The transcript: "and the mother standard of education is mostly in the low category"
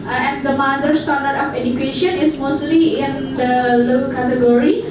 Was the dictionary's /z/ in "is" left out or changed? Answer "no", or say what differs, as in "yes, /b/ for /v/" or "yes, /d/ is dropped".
yes, /s/ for /z/